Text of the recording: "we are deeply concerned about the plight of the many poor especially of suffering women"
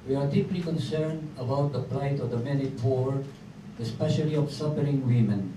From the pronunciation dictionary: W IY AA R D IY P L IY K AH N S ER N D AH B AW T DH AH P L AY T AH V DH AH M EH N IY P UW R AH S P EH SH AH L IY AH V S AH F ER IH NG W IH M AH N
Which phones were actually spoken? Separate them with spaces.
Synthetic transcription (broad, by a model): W IY AA R D IY P L IY K AH N S ER N D AH B AW T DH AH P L AY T AH V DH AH M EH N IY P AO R AH S P EH SH AH L IY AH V S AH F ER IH NG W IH M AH N